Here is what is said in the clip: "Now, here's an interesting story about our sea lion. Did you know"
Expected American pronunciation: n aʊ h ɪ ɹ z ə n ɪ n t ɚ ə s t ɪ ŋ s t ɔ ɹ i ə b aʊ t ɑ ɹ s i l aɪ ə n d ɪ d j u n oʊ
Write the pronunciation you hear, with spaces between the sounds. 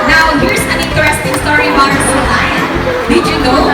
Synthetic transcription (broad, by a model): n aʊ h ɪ ɹ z ə n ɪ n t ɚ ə s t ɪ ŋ s t ɔ ɹ i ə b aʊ ʌ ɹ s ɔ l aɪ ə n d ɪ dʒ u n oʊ